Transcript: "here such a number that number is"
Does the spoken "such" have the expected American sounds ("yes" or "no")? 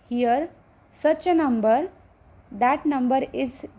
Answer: no